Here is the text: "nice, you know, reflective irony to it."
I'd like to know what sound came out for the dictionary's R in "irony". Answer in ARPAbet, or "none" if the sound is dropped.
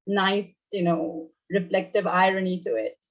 R